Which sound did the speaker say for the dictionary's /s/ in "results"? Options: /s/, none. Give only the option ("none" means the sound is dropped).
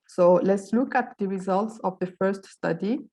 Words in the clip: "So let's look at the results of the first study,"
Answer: /s/